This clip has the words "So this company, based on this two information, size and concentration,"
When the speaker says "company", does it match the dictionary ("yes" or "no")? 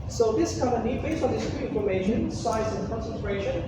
no